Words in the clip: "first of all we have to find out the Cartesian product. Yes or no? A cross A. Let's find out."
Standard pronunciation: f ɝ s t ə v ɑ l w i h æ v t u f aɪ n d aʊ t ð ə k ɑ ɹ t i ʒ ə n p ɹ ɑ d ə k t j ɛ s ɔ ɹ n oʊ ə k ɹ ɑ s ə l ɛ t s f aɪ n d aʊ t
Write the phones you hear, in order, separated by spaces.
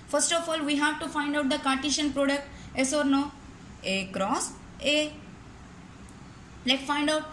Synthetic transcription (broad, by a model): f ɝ s t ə f ɑ l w i h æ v t u f aɪ n d aʊ t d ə k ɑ ɹ t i ʃ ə n p ɹ ɑ d ə k t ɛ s ɔ ɹ n oʊ ə k ɹ ɑ s ə l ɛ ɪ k f aɪ n d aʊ t